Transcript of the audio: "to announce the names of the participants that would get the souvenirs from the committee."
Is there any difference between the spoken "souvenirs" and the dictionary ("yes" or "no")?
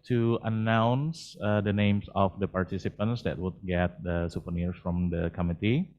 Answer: yes